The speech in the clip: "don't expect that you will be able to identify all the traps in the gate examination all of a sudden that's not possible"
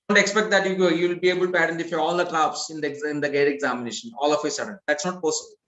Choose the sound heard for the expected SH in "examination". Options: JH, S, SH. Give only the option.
SH